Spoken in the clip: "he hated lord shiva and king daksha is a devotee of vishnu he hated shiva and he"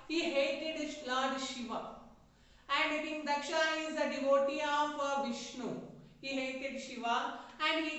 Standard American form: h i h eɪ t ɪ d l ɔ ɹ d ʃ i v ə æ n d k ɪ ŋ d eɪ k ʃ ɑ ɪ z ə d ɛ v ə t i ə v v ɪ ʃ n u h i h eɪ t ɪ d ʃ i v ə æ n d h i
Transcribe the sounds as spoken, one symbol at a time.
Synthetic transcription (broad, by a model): h i h eɪ t ɪ d l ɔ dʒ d ʃ i v ə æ n d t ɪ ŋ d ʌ k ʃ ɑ ɪ z ə d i v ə t i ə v v ɪ ʃ n u h i h eɪ t ɪ d ʃ i v ə æ n d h i